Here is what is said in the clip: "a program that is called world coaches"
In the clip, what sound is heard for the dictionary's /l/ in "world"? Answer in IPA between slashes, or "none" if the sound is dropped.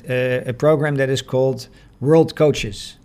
/l/